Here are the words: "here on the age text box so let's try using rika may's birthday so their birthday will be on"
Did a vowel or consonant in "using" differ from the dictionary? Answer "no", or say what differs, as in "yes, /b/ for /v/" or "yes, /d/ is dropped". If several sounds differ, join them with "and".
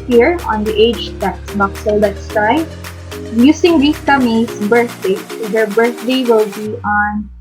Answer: yes, /s/ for /z/